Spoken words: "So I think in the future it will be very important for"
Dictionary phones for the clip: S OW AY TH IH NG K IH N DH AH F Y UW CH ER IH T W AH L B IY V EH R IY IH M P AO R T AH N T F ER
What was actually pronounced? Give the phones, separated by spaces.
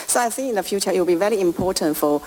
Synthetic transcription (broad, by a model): S OW AY S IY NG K IH N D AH F Y UW CH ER IH T W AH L B IY V EH R IY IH M P AO T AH N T F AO